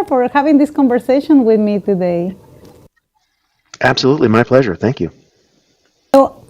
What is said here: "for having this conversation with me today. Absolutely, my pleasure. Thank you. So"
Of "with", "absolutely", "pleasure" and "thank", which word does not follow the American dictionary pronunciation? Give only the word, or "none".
none